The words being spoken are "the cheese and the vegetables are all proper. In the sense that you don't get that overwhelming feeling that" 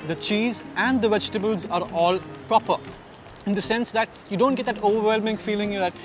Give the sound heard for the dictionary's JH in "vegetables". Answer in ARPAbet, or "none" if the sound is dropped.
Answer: JH